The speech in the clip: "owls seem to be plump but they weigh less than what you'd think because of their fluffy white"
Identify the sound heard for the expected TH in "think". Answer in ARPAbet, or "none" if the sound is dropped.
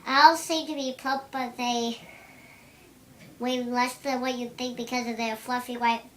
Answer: TH